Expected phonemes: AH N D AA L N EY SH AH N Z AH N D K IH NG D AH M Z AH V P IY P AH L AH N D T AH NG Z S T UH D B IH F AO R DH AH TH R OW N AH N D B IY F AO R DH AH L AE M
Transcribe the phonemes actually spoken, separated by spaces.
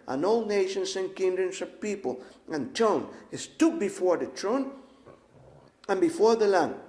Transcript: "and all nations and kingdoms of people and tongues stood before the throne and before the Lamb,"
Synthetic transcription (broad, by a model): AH N AA L N EY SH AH N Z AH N K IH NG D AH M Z AH V P IY P AH L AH N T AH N S T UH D B IH F AO R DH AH T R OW N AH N B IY F AO R DH AH L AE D